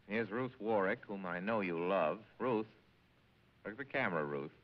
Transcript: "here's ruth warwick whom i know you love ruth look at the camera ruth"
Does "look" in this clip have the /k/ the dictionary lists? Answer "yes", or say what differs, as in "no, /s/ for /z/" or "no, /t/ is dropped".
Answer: no, /k/ is dropped